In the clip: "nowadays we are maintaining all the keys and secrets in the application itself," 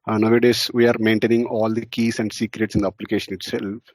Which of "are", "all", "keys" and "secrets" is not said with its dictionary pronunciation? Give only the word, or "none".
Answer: keys